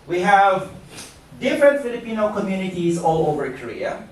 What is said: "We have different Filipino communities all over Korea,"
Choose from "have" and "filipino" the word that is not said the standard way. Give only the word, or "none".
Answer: none